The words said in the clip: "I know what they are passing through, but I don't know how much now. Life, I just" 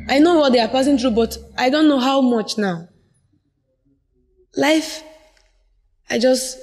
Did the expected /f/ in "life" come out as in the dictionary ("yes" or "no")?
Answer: yes